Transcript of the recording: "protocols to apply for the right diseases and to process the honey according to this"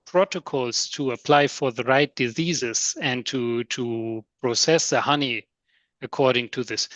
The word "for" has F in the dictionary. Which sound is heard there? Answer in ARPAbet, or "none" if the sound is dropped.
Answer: F